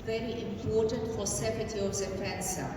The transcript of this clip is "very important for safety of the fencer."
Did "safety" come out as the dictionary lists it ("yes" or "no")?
no